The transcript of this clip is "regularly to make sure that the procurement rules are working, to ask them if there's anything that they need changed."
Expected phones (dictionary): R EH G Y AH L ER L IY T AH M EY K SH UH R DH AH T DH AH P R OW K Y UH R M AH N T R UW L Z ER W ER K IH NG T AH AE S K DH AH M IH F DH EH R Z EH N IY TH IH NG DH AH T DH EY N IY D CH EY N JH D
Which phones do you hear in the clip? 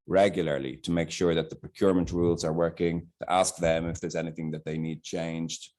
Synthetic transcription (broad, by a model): R EH G Y L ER L IY T AH M EY K SH UH R DH AH T DH AH P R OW K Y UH R M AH N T R UW L Z ER W ER K IH NG T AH AE S K DH AH M IH F DH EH R Z EH N IY TH IH NG DH AH T DH EY N IY D CH EY N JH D